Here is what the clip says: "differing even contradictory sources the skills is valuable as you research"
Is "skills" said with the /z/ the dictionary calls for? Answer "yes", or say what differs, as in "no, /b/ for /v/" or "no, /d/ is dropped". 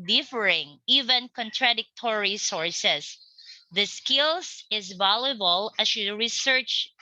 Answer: no, /s/ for /z/